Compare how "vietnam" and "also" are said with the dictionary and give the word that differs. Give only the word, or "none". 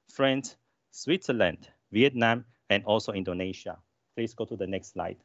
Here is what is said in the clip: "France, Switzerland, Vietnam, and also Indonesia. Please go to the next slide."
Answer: none